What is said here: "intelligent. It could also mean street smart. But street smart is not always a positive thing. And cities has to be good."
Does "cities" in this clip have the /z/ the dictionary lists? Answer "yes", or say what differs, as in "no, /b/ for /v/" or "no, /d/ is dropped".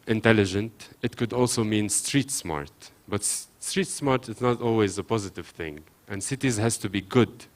yes